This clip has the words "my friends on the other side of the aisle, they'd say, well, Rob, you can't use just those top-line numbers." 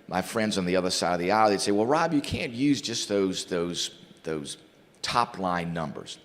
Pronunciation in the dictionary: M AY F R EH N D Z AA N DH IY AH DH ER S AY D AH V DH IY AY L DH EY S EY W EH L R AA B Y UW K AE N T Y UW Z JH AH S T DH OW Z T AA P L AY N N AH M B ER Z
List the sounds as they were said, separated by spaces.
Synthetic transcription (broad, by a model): M AY F R EH N D Z N DH IY AH DH ER S AY D AH V DH IY AY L DH EY S EY W EH L R AA B Y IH K AE N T Y UW Z JH AH S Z DH OW Z T AA P L AY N N AH M B ER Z